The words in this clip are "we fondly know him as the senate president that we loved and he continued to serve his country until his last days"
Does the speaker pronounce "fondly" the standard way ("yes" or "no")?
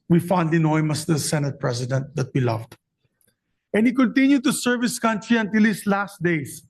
no